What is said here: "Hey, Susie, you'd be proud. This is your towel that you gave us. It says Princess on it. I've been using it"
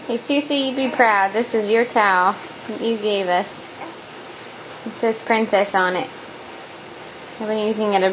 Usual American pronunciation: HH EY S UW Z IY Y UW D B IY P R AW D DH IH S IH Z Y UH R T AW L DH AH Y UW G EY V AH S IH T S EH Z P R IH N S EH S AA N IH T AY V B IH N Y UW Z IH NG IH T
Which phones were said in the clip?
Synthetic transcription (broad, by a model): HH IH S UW S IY Y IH D B IY P R AW D DH IH S IH Z Y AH R T AW L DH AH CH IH G EY V AH S IH T S EH Z P R IH N S EH S N IH T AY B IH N Y UW Z IH NG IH T